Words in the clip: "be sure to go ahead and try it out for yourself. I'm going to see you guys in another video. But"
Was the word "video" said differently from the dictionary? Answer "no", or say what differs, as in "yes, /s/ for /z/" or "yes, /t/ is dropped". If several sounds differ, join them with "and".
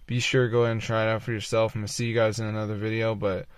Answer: no